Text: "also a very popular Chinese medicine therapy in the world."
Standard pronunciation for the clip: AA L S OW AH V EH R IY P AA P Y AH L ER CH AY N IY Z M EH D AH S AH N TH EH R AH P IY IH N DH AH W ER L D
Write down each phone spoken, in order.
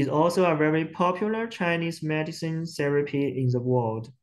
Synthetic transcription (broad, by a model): AA L S OW AH V EH R IY P AA P Y AH L ER CH AY N IY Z M EH D AH S AH N S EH R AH P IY IH N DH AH W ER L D